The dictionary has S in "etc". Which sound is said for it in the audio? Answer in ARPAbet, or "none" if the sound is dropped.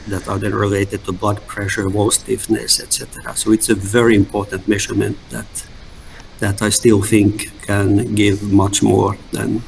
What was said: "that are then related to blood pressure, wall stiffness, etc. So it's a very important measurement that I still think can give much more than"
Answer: S